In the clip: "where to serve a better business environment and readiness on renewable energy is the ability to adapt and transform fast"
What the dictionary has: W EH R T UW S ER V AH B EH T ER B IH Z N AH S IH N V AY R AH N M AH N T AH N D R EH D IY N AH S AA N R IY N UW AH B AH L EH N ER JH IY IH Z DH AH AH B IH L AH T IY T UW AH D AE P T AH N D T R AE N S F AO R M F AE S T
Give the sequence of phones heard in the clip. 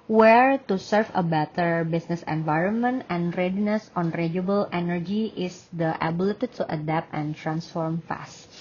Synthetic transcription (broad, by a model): W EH R T UW S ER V AH B EH T ER B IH S N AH S IH N V AY R AH N M AH N T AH N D R EH D IY N AH S AA N R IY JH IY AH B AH L EH N ER JH IY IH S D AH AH B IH L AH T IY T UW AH D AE P T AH N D T R AE N S F AO R M F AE S T